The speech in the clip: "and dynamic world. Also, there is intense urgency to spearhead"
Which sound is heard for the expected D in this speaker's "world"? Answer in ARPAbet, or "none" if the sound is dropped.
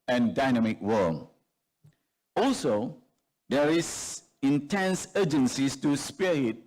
none